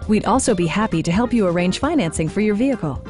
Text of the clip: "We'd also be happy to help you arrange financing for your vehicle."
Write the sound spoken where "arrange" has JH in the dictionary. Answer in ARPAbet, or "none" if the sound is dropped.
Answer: ZH